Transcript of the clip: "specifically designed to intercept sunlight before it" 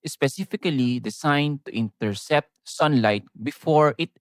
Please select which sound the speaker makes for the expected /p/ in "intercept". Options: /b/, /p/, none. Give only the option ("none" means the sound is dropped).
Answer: /p/